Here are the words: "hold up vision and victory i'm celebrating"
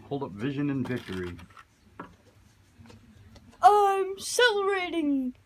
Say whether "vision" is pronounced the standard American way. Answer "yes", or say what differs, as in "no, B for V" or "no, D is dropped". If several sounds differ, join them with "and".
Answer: yes